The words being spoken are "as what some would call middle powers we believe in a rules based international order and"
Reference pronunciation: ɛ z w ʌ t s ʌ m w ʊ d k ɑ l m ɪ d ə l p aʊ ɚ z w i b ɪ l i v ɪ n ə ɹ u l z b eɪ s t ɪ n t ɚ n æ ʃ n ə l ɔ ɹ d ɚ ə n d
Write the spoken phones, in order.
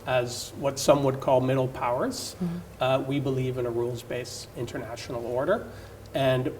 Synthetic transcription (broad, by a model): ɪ z w ʌ t s ʌ m w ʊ d k ɑ l m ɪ d l p aʊ ɚ z w i b ɪ l i v ɪ n ə ɹ u l z b eɪ s ɪ n t ɚ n æ ʃ n l ɔ ɹ d ɚ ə n